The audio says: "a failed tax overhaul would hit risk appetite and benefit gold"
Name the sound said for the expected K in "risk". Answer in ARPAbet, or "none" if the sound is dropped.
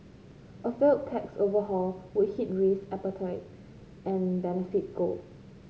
none